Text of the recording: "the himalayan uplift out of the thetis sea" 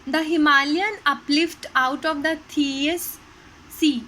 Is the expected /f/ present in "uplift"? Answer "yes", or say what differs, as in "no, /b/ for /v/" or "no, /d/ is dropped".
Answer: yes